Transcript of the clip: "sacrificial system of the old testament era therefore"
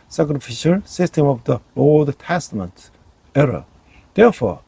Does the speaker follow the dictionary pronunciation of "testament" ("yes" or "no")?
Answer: yes